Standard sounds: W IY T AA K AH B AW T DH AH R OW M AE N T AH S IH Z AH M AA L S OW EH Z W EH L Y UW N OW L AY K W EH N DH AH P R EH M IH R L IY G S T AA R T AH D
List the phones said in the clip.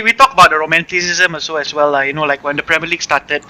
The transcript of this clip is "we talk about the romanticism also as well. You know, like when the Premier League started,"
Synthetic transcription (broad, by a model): W IY T AA K AH B AW T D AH R OW M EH N T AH S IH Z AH M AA S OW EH S W EH L Y UW N OW L AY K W EH N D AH P R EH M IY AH L IY G S T AA T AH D